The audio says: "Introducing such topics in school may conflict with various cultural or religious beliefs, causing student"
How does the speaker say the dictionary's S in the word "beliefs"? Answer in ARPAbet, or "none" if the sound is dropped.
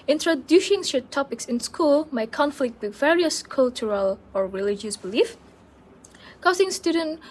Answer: none